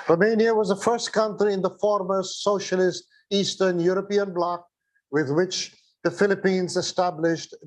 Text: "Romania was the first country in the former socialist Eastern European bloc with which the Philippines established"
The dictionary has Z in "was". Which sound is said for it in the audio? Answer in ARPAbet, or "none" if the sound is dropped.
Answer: Z